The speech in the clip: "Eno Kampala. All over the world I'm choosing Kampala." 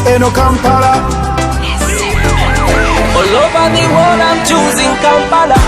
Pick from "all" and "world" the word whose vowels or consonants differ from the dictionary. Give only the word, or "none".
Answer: world